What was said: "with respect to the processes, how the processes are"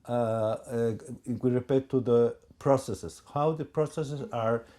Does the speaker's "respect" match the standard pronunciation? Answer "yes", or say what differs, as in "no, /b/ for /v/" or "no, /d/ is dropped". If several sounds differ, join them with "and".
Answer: no, /s/ is dropped